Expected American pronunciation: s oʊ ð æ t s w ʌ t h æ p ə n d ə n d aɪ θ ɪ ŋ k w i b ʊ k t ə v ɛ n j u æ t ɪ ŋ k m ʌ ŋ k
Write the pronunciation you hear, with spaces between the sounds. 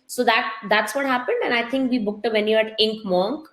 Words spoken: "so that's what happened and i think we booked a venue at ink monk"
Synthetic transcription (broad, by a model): s oʊ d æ t s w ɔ t h æ p ə n d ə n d aɪ t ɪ ŋ k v i b ʊ k t ə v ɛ n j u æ t ɪ ŋ k m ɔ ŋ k